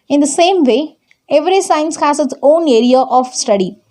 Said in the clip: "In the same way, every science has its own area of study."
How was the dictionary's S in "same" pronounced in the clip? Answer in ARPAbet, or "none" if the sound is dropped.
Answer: S